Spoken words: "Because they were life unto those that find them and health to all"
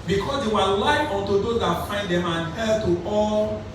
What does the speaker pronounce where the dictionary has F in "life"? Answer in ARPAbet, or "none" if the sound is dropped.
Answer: none